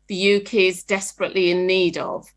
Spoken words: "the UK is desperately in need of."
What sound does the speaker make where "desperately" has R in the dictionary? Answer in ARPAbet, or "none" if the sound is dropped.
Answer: R